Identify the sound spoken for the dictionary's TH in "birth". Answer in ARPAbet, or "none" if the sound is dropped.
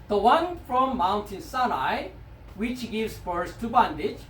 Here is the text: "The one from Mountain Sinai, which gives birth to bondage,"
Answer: S